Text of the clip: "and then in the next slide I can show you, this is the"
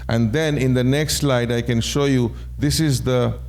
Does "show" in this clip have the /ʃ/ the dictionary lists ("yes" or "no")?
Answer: yes